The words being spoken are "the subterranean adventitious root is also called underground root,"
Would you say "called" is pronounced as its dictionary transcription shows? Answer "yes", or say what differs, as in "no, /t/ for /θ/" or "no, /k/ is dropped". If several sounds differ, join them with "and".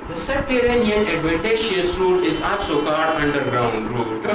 no, /l/ is dropped